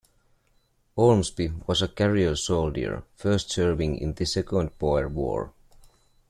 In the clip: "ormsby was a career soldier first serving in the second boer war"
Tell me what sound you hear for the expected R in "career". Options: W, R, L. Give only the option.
L